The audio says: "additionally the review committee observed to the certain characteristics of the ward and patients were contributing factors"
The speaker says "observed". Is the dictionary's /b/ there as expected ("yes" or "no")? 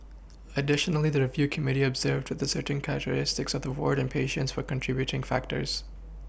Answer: yes